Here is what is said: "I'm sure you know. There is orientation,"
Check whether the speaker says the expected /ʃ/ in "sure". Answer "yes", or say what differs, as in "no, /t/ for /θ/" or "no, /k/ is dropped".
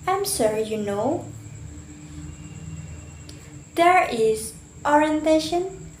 no, /s/ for /ʃ/